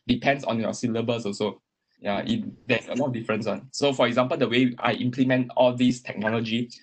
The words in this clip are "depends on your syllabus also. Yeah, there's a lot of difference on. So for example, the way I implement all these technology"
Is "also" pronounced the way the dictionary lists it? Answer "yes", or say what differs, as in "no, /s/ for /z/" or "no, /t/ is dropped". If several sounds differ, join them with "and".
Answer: no, /l/ is dropped